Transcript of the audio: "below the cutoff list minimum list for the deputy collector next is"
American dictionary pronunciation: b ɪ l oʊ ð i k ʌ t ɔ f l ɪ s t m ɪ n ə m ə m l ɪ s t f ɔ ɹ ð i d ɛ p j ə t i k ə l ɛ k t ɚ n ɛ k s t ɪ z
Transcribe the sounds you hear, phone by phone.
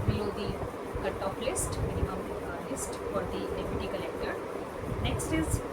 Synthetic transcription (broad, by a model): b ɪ l oʊ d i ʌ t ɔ p l ɪ s t m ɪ n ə m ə m l ɪ s t f ɔ ɹ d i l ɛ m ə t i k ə l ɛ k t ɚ n ɛ k s t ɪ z